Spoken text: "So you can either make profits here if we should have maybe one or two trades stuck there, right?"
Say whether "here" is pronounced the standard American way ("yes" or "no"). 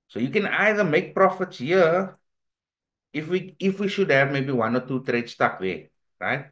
no